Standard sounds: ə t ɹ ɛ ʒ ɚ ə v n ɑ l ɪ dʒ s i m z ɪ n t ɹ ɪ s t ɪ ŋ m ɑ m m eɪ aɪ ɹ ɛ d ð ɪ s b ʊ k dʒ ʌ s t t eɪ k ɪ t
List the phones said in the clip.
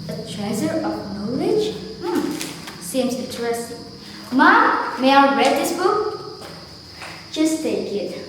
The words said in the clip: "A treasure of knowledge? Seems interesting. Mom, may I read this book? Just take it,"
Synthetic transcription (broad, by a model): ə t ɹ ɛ z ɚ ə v n ɑ l ɪ dʒ s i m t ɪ t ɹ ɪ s m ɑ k m eɪ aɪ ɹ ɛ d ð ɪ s b ʊ k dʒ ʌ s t t eɪ k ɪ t